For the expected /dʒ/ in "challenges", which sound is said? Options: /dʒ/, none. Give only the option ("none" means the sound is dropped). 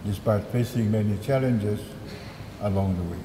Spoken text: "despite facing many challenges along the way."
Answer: /dʒ/